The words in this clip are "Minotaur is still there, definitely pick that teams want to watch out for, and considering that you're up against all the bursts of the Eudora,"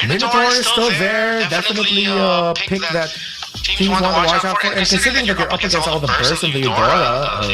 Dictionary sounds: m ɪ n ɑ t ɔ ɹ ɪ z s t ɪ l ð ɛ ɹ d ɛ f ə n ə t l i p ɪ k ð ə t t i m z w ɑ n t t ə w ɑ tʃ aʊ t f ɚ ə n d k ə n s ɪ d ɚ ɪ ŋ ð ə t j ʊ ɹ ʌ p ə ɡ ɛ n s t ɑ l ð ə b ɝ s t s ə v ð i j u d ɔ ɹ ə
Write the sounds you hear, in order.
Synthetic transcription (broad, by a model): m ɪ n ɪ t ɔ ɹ s t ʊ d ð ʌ ɹ d ɛ f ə n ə t l i p ɪ k ð ə t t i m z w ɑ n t t ə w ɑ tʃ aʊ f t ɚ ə n k ə n s ɪ d ɚ ɪ ŋ ð ə t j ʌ ɹ ʌ p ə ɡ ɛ n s ɑ l ð ə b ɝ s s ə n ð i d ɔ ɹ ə